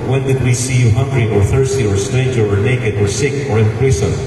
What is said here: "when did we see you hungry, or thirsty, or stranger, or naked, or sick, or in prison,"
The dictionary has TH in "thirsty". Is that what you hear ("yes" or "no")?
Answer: yes